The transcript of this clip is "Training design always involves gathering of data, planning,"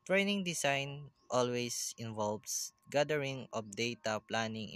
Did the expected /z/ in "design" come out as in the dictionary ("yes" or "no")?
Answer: no